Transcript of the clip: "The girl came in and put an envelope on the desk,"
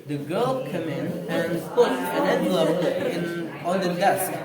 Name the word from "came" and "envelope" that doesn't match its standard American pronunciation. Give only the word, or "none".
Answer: envelope